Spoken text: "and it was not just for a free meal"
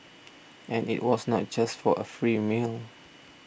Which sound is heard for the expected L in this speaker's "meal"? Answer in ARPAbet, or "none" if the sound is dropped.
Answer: L